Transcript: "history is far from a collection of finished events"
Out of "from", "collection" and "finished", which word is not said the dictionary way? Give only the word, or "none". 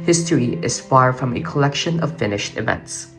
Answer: none